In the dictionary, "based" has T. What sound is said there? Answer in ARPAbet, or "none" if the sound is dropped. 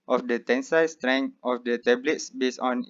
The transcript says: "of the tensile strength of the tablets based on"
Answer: none